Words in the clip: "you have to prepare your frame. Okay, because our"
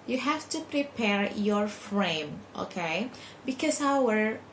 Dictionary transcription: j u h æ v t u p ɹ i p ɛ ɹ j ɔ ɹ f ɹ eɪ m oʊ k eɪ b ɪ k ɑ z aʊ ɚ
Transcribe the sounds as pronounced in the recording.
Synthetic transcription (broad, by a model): j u h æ f t u p ɹ i p ɛ ɹ j ɔ ɹ f ɹ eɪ m oʊ k eɪ b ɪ k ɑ s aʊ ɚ